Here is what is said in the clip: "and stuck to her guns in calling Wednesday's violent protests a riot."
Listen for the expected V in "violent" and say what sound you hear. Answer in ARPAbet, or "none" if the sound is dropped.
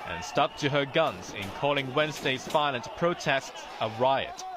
F